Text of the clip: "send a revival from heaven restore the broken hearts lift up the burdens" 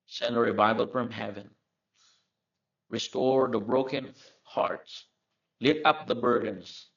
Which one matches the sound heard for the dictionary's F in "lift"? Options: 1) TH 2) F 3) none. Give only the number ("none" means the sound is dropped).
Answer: 3